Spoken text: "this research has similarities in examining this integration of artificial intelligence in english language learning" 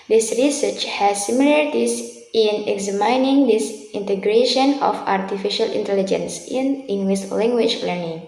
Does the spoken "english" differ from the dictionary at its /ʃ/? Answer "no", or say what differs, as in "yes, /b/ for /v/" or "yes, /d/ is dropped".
yes, /s/ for /ʃ/